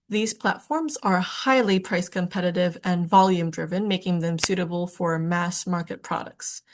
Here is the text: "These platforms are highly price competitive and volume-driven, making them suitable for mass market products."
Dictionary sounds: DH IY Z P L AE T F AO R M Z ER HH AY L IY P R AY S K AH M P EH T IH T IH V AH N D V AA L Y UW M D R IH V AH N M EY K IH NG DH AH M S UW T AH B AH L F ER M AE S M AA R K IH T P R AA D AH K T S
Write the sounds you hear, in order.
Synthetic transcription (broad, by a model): DH IY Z P L AE T F AO R M Z ER HH AY L IY P R AY S K AH M P EH T IH T IH V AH N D V AA L Y UW M D R IH V AH N M EY K IH NG DH AH M S UW T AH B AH L F ER M AE S M AA R K IH T P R AA D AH K T S